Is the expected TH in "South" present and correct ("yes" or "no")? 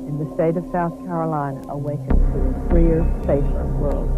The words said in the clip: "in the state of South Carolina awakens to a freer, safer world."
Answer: yes